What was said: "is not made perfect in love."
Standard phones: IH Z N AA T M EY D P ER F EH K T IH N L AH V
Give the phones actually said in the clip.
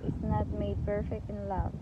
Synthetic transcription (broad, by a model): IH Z N AA T M EY D P ER F EH K T IH N L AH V